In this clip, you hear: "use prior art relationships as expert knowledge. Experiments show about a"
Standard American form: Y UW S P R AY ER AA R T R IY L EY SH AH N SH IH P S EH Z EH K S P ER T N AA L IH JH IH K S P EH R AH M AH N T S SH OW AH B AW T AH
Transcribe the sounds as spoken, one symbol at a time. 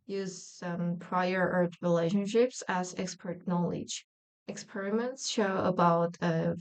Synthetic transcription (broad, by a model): Y UW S P R AY ER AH R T R IY L EY SH AH N SH IH P S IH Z EH K S P ER T N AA L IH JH IH K S P EH R AH M AH N T S SH OW AH B AW T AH